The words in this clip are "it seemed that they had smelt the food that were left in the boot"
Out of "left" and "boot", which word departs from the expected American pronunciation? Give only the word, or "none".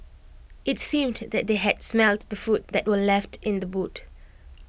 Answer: none